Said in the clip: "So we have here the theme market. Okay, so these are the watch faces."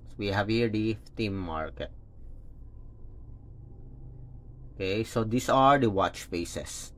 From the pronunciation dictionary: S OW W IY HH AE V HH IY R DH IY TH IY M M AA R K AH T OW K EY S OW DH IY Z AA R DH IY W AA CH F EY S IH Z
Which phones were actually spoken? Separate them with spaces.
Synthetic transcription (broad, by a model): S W IY HH AE V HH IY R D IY F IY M M AA R K AH T OW K EY S OW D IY S AA R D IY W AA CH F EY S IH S